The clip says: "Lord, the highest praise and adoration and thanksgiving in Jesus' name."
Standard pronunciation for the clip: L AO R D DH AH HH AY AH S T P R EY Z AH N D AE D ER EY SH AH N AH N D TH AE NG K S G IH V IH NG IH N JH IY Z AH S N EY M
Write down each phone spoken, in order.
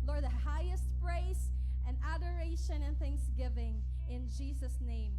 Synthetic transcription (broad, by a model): L AO R D DH AH HH AY AH S T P R EY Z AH N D AE D ER EY SH AH N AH N TH AE NG K S G IH V IH NG IH N JH IY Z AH S N EY M